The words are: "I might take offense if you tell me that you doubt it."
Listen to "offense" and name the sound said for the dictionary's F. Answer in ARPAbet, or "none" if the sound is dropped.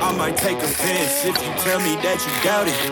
P